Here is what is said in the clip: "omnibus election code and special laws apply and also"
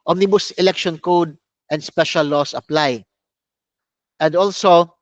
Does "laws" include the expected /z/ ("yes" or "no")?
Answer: no